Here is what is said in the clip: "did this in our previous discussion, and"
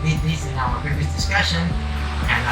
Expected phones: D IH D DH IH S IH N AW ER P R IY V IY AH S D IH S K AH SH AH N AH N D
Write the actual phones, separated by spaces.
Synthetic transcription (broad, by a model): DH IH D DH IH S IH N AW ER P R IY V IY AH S D IH S K AH SH AH N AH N